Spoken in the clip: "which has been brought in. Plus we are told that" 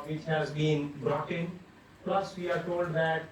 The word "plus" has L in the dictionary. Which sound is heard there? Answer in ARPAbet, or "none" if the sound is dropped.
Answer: L